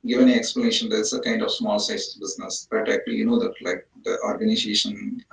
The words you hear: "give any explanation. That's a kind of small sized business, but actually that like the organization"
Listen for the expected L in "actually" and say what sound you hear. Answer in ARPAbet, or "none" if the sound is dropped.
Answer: N